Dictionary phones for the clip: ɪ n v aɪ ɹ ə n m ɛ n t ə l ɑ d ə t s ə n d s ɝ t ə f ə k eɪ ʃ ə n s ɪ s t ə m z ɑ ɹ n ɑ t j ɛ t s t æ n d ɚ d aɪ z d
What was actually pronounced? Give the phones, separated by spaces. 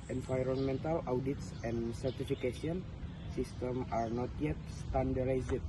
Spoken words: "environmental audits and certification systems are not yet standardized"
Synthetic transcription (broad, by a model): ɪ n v aɪ ɹ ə n m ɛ n t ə l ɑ d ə t s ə n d s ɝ t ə f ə k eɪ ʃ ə n s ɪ s t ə m ɑ ɹ n ɑ t j ɛ t s t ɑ n d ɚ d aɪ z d